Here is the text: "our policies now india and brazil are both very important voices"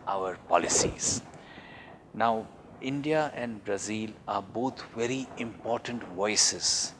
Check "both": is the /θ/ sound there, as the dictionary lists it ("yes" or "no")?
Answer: no